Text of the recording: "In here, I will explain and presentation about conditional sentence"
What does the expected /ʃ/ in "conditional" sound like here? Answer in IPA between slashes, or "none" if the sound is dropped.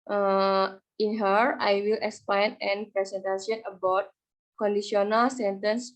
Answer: none